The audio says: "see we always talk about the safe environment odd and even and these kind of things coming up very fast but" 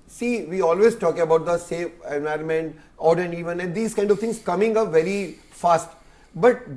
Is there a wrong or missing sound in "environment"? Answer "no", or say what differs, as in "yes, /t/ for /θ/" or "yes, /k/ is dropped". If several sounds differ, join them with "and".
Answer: no